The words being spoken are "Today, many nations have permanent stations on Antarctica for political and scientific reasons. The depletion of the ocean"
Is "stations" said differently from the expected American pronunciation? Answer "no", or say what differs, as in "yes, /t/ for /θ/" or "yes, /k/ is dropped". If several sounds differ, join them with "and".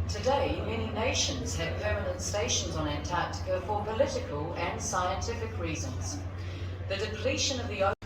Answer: no